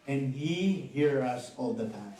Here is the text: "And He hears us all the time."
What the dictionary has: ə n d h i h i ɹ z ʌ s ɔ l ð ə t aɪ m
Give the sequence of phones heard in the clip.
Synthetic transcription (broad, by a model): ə n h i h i ɹ ʌ s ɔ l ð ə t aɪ